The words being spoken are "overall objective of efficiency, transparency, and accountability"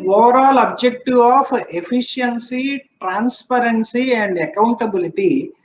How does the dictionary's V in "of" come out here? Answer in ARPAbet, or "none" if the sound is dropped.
P